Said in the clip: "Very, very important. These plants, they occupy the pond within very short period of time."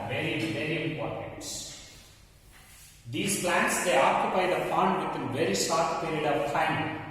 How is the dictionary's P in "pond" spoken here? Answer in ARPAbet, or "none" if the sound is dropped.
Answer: F